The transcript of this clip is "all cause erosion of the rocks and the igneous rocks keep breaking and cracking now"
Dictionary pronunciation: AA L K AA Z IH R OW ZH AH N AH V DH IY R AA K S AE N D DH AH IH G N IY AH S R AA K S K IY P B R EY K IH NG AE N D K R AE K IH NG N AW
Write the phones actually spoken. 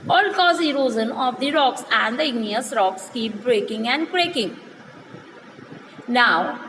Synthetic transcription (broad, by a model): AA L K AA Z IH R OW Z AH N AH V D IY R AA K S AE N D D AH IH G N IY AH S R AA K S K IY P B R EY K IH NG AE N D K R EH K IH NG N AW